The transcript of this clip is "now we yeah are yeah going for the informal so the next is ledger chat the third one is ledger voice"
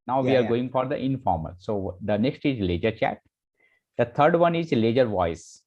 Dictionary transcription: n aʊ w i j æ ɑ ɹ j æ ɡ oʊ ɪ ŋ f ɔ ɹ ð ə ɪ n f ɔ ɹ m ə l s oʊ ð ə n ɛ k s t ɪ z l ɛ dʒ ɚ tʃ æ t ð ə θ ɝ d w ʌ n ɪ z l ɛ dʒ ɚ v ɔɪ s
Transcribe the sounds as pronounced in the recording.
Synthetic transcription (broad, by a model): n aʊ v i ɑ ɹ ɡ oʊ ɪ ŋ f ɔ ɹ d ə ɪ n f ɔ ɹ m ə l s oʊ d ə n ɛ k s t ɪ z l ɛ dʒ ɚ tʃ æ t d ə t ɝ d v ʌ n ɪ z l ɛ dʒ ɚ v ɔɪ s